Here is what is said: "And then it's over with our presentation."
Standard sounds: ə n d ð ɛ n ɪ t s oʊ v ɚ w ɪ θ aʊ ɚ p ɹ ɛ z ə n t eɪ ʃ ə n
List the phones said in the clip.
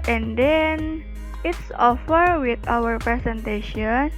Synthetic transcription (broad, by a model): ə n d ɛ n ɪ t s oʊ f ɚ w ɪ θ aʊ ɚ p ɹ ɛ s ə n t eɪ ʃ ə n